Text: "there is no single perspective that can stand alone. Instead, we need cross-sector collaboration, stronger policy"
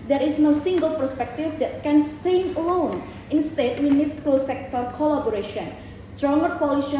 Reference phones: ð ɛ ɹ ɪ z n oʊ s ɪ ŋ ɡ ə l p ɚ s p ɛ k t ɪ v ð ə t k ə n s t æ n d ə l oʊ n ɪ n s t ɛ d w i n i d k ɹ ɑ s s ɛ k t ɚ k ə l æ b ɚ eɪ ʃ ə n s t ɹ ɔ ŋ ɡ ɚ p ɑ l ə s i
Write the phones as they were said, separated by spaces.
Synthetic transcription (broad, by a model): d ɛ ɹ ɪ s n oʊ s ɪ ŋ ɡ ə l p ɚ s p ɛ k t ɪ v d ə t k ə n s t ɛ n ə l oʊ n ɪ n s t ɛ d w i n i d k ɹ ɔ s s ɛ k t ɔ k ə l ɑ b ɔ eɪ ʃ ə n s t ɹ ɔ ŋ ɡ ɚ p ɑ l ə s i